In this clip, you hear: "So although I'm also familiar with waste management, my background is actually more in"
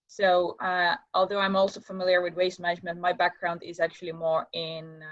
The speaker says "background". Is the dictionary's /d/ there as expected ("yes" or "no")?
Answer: yes